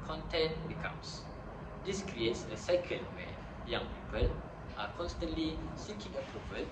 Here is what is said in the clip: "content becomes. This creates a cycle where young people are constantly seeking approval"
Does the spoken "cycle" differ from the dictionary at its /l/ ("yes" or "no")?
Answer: yes